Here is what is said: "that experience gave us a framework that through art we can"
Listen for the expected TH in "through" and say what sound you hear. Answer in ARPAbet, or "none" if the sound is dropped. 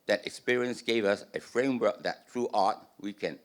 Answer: T